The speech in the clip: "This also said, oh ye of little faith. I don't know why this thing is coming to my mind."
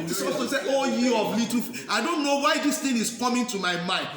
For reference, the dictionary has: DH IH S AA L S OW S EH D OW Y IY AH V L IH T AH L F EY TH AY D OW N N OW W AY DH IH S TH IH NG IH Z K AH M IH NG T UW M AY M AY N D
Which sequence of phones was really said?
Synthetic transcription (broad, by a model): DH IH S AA S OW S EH OW Y IY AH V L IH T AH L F AY D OW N N OW W AY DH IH S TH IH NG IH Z K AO M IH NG T UW M AY M AY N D